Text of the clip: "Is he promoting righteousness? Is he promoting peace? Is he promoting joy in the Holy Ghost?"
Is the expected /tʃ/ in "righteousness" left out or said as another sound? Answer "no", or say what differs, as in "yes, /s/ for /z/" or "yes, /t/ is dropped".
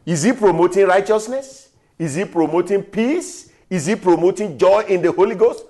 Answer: no